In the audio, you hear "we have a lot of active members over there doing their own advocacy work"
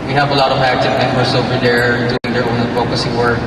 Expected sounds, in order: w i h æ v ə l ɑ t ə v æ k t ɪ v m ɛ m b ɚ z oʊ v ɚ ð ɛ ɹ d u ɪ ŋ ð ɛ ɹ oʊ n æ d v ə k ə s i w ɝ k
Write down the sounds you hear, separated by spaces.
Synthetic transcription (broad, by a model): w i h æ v ə l ɑ t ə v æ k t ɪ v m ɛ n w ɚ s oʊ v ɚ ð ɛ ɹ d u ɪ ŋ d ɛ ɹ oʊ n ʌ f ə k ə s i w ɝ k